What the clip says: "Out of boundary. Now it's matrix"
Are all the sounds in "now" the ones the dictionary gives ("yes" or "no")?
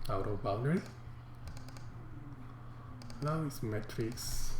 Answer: no